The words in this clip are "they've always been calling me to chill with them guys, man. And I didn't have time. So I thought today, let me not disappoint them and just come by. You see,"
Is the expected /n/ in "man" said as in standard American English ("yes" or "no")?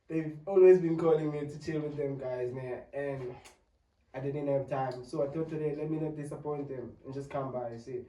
no